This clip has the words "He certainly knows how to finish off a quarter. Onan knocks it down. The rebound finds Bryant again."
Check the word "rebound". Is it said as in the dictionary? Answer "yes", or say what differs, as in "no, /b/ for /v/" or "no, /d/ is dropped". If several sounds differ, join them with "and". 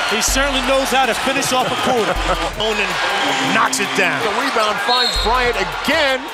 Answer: no, /w/ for /ɹ/